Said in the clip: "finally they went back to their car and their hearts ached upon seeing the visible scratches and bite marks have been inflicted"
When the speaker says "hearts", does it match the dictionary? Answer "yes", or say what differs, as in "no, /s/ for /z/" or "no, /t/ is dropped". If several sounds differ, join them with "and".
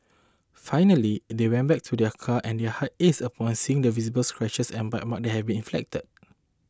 no, /s/ is dropped